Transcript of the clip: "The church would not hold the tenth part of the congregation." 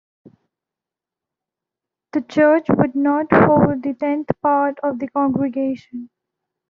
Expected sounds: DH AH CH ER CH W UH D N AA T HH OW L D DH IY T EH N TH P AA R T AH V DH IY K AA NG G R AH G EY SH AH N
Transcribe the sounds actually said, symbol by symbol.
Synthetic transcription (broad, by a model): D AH CH ER CH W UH D N AA T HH OW L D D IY T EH N T P AA R T AH V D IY K AA NG G R AH G EY SH AH N